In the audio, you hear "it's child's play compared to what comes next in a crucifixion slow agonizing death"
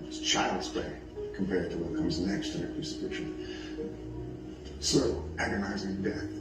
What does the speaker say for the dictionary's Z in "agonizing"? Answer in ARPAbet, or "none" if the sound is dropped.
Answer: Z